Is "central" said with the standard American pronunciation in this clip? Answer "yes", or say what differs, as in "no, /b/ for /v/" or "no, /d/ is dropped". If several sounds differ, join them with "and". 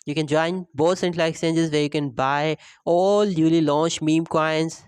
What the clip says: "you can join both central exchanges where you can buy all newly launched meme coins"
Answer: no, /l/ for /ɹ/